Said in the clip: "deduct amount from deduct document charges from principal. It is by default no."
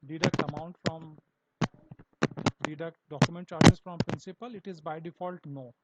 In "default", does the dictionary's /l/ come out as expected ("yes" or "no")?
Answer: yes